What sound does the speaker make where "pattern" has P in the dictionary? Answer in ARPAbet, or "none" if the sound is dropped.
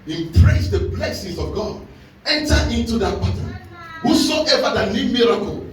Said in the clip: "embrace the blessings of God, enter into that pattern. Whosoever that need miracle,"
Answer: B